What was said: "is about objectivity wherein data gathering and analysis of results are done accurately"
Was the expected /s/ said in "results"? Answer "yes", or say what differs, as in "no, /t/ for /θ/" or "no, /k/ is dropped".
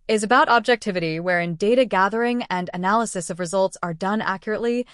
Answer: yes